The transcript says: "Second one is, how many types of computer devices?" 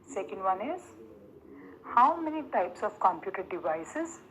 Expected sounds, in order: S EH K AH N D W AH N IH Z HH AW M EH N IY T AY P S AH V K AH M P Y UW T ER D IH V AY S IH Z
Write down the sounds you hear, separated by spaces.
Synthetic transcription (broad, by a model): S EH K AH N D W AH N IH Z HH AW M EH N IY T AY P S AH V K AH M P Y UW T ER D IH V AY S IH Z